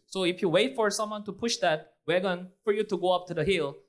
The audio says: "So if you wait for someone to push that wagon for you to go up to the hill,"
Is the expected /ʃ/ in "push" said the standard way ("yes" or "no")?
yes